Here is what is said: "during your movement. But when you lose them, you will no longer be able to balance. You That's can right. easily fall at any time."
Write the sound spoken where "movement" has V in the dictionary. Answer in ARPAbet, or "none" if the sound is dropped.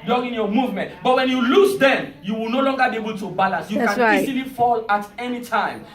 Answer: V